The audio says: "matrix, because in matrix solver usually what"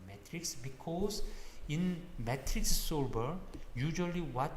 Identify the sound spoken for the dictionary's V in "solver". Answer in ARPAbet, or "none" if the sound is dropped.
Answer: B